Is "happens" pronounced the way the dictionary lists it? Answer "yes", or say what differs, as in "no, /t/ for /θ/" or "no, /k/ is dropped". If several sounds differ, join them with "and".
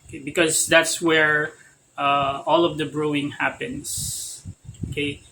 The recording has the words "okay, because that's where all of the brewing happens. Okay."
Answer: no, /s/ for /z/